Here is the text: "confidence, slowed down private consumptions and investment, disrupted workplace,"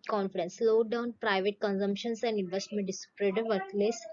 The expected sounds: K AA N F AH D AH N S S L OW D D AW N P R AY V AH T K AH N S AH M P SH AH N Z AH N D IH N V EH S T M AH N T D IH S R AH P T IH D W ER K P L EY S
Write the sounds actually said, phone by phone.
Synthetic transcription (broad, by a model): K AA N F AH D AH N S S L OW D D AW N P R AY V AH T K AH N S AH M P SH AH N S AH N D IH N V EH S T M AH N T D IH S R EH T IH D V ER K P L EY S